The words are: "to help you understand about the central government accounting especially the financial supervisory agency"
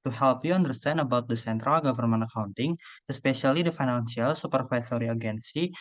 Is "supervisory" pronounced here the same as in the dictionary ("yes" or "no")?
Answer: no